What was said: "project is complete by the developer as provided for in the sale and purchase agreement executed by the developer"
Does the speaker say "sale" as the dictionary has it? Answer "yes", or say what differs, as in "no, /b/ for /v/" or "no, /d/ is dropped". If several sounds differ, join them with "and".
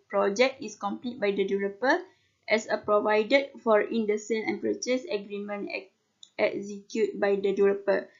no, /n/ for /l/